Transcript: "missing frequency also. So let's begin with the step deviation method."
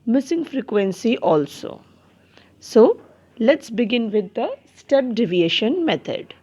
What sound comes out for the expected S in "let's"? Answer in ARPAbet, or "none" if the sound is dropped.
S